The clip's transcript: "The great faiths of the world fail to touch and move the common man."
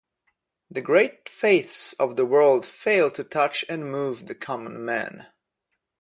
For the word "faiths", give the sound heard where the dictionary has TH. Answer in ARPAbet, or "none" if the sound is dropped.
TH